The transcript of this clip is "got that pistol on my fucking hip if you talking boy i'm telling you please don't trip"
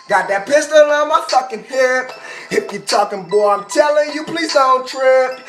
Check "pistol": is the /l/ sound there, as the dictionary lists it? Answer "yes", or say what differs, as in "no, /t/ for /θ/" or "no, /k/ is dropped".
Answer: yes